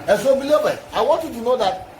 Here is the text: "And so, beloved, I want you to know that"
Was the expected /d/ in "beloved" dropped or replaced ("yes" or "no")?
yes